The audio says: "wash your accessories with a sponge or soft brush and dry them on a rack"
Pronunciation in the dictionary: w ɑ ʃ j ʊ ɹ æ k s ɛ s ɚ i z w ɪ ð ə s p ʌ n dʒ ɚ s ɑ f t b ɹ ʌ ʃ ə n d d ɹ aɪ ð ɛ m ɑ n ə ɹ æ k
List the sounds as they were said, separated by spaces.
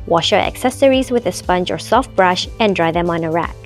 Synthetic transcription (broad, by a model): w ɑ ʃ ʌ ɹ æ k s ɛ s ɚ i z w ɪ ð ə s p ʌ n dʒ ɚ s ɑ f t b ɹ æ ʃ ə n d d ɹ aɪ ð ɛ m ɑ n ə ɹ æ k